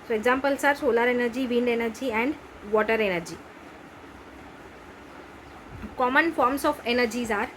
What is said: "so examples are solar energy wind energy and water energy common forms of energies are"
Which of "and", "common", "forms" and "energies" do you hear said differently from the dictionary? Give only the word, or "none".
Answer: forms